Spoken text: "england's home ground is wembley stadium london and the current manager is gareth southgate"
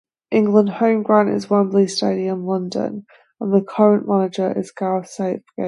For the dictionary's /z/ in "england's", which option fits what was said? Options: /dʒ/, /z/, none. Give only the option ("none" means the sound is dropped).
none